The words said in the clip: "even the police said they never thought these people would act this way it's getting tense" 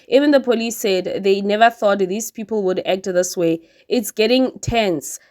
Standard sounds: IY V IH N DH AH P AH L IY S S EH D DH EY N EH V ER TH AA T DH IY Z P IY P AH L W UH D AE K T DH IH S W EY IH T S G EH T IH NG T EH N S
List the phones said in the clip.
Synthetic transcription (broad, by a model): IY V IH N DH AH P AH L IY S S EH D DH EY N EH V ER TH AA T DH IY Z P IY P AH L W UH D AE K T DH IH S W EY IH T S G EH T IH NG T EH N S